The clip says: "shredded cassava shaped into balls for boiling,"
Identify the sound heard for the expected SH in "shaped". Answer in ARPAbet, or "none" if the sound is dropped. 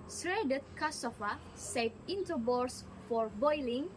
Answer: S